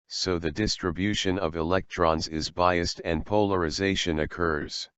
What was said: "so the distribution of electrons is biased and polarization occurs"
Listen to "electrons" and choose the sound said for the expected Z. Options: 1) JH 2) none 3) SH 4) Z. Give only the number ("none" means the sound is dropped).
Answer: 4